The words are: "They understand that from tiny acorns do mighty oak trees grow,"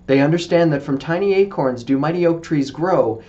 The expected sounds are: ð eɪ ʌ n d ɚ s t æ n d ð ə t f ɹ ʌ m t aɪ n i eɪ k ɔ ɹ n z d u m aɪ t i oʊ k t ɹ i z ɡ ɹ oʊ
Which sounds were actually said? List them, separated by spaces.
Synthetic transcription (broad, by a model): ð eɪ ʌ n d ɚ s t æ n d ð ə t f ɹ ʌ m t aɪ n i eɪ k ɔ ɹ n z d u m aɪ t i oʊ k t ɹ i z ɡ ɹ oʊ